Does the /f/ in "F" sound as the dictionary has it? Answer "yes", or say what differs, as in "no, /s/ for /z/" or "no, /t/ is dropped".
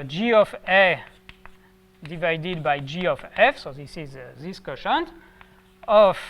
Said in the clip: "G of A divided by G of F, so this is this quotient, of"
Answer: yes